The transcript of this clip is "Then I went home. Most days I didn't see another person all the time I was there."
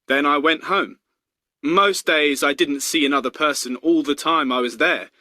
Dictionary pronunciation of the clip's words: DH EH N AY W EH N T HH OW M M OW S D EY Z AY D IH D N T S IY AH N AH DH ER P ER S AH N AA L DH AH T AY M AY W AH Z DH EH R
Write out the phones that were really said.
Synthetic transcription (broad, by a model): DH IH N AY W EH N T HH OW M M OW S D EY Z AY D IH D N T S IY AH N AH DH ER P ER S AH N AA L DH AH T AY M AY W AH Z DH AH R